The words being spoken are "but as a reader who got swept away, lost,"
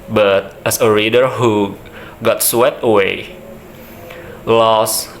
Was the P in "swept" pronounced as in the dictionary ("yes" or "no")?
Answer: no